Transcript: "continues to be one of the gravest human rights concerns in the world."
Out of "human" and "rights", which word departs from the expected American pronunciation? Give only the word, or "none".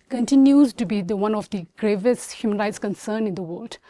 none